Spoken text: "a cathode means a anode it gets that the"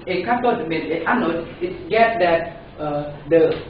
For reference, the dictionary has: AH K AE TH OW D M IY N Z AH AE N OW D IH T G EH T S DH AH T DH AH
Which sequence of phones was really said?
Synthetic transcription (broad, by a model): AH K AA T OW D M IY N AH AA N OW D IH T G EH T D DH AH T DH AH